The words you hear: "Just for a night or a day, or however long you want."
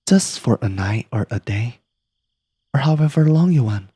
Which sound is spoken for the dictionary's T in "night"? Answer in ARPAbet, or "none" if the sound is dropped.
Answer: T